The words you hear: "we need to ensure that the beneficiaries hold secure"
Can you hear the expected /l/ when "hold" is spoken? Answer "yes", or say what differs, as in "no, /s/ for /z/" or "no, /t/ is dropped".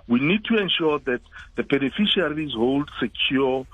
yes